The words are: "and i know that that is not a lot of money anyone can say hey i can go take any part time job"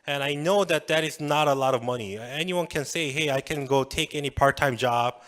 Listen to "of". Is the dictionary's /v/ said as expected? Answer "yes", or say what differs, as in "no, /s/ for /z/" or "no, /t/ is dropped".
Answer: yes